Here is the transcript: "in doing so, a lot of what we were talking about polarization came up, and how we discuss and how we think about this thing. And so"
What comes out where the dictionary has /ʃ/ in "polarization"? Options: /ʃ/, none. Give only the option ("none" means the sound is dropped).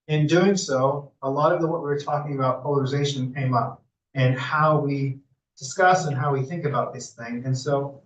/ʃ/